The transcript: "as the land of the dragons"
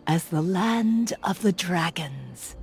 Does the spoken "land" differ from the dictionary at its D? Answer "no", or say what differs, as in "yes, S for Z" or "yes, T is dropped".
no